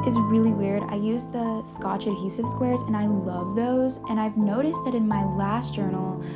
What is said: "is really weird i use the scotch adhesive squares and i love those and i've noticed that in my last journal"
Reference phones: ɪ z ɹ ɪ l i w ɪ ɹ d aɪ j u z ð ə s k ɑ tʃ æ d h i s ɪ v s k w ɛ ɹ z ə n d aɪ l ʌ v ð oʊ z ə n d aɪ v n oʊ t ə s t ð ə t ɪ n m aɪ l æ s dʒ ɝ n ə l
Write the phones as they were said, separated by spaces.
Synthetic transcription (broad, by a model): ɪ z ɹ ɪ l i w ɪ ɹ d aɪ j u z ð ə s k ɑ tʃ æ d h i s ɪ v s k w ɛ ɹ z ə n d aɪ l ʌ v ð oʊ z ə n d aɪ v n oʊ t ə s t ð ə t ɪ n m aɪ l æ s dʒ ɝ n l